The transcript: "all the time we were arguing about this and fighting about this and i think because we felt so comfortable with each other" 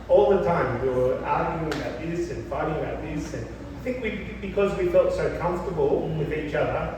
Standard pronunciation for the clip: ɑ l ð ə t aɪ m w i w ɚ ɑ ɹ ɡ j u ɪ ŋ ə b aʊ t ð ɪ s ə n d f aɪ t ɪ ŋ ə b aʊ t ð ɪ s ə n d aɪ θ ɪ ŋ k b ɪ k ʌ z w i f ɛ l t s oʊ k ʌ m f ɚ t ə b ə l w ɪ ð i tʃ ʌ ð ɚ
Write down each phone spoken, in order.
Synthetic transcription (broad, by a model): ɑ l ð ə t aɪ m w i w ɚ ɑ ɹ ɡ j u ɪ ŋ ə b aʊ t ð ɪ s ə n f aɪ t ɪ ŋ ə b aʊ t ð ɪ s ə n aɪ θ ɪ ŋ k b ɪ k ʌ z w i f ɛ l t s oʊ k ʌ m f t ə b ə l w ɪ ð i tʃ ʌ ð ɚ